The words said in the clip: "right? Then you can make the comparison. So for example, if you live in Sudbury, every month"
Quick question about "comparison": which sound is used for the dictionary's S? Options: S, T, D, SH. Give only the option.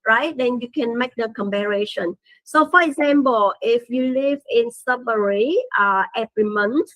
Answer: SH